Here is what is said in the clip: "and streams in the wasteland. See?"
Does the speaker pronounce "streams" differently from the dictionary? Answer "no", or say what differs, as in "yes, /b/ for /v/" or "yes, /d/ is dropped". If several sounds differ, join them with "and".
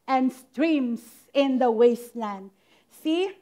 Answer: yes, /s/ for /z/